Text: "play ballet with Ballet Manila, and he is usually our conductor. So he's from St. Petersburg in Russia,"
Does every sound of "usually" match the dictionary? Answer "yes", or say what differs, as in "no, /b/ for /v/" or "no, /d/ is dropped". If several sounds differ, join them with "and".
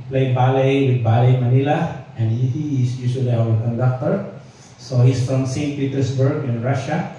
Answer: no, /s/ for /ʒ/